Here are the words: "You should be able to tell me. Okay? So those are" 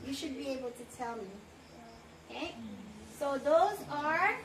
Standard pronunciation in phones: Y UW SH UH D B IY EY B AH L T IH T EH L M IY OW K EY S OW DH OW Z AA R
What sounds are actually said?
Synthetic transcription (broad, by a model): Y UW SH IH D B IY EY B AH L T IH T EH L M IY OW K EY S OW DH OW Z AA R